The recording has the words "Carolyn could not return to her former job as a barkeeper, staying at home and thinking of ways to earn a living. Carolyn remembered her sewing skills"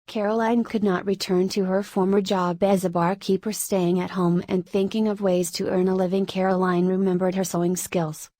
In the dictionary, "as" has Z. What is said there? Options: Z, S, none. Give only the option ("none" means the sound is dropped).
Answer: Z